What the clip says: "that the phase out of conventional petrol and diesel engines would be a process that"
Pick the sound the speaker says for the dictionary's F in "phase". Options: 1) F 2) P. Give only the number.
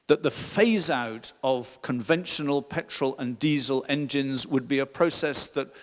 1